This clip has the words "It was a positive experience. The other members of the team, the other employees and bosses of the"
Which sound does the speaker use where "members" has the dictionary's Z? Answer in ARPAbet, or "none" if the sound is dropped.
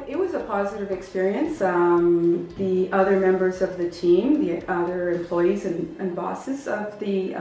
Z